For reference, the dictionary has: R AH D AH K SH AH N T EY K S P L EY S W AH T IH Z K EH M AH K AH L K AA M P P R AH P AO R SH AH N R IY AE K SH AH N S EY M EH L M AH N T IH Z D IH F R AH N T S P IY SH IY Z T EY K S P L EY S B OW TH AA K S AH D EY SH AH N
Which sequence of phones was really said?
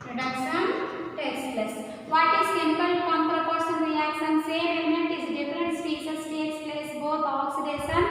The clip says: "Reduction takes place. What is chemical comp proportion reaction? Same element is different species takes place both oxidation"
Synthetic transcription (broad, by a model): R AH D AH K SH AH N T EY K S L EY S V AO T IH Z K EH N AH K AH L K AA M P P R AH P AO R S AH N R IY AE K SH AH N S EY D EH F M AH N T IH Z D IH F R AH N T S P IY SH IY S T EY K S P L EY S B OW T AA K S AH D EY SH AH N